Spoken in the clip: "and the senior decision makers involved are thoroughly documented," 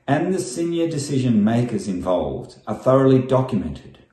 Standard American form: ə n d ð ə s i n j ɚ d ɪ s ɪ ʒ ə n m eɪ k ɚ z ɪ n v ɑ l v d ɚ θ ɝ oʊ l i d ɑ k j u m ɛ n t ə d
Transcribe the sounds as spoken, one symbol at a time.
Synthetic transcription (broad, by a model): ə n ð ə s i n j ɚ d ɪ s ɪ ʒ ə n m eɪ k ɚ z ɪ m v ɑ l v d ɚ θ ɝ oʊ l i d ɑ k j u m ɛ n t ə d